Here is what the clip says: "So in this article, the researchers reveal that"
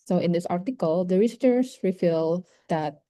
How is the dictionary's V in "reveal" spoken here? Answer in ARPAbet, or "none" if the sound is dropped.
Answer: F